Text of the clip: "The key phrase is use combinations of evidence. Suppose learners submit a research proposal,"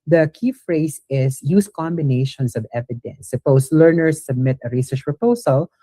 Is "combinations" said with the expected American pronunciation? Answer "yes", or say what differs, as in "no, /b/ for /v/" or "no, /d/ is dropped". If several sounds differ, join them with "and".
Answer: no, /s/ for /z/